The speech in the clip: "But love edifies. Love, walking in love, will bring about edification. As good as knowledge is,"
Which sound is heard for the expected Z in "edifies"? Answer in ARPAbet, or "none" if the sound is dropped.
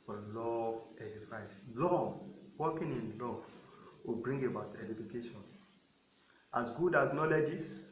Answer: S